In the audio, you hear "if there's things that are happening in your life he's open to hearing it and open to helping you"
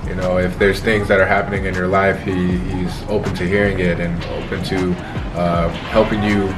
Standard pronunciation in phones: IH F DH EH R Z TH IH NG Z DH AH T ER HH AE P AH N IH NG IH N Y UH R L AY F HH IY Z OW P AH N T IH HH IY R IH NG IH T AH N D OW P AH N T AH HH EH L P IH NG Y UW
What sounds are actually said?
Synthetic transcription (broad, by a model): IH F DH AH R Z TH IH NG Z DH AH T ER HH AE P AH N IH NG IH N Y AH R L AY F HH IY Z OW P AH N T IH HH IY R IH NG IH T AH N OW P AH N T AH HH EH L P IH NG Y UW